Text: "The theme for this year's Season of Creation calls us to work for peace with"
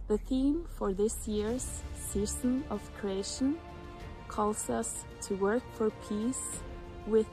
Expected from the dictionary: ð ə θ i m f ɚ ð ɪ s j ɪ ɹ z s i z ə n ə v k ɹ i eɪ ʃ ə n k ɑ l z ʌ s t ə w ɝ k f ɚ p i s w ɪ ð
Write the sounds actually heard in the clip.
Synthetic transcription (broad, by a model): ð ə θ i m f ɚ ð ɪ s j ɪ ɹ z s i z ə n ə v k ɹ i eɪ ʃ ə n k ɑ l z ʌ s t ə w ɝ k f ɚ p i s w ɪ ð